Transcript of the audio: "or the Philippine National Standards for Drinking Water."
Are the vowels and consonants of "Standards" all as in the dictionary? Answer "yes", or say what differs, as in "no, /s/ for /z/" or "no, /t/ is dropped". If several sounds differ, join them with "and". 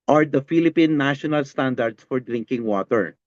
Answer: no, /s/ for /z/